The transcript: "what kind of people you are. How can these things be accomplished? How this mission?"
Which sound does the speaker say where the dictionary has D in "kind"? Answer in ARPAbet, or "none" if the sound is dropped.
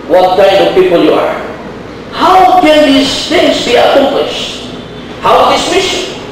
none